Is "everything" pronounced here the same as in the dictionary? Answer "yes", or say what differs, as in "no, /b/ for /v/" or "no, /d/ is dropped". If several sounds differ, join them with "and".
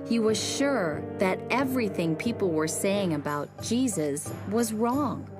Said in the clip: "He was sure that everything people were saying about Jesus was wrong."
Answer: yes